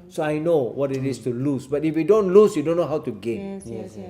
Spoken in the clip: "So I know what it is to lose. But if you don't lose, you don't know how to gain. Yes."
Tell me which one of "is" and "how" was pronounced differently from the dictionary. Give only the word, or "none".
is